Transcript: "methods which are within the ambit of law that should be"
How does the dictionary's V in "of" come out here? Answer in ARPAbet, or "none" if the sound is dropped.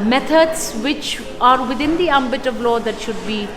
V